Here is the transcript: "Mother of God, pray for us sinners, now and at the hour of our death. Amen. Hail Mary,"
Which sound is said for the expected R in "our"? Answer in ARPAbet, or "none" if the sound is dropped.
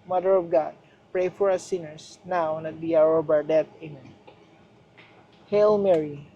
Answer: R